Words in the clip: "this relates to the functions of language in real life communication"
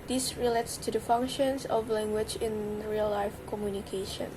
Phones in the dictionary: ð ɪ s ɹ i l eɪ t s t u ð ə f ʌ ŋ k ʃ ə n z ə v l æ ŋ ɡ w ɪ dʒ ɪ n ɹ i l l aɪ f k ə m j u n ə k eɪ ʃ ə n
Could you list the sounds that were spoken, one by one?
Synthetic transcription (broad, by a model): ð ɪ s ɹ i l eɪ t s t u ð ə f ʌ ŋ k ʃ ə n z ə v l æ ŋ ɡ w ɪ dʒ ɪ n ɹ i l l aɪ f k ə m j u n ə k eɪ ʃ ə n